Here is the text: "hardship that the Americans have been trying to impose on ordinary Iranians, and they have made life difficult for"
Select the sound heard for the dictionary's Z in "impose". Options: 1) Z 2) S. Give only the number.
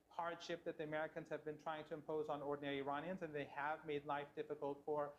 1